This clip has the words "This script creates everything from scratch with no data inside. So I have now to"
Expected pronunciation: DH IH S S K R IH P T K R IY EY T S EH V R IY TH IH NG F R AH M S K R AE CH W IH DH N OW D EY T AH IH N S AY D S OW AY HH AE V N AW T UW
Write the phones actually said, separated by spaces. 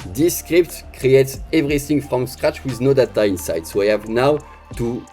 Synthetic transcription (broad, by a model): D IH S S K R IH P T K R IY EY T S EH V R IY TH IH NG F R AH M S K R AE CH W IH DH N OW D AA T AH IH N S AY D S OW AY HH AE V N AW T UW